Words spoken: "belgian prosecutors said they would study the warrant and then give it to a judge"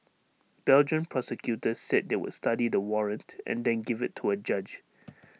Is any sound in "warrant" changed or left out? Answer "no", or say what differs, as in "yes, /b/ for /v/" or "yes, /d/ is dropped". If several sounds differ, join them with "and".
no